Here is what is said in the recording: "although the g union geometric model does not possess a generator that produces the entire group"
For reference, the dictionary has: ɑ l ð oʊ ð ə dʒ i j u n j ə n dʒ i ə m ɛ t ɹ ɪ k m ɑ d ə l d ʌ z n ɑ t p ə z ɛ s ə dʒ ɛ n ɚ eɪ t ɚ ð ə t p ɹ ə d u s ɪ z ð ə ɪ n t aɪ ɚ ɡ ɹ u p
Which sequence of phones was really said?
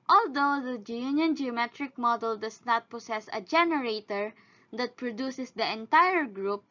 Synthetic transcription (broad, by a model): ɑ l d oʊ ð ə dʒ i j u n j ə n dʒ i ə m ɛ t ɹ ɪ k m ɑ d ə l d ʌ s n ɑ t p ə s ɛ s ə dʒ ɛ n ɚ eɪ t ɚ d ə t p ɹ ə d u s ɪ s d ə ɪ n t aɪ ɚ ɡ ɹ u p